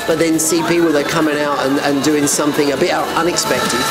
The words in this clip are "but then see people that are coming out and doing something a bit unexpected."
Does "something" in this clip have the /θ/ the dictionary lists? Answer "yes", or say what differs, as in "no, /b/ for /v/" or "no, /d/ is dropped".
yes